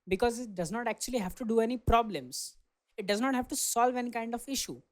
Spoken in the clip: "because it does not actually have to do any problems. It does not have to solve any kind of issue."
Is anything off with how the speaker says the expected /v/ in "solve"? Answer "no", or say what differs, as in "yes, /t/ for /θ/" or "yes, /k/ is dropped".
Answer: no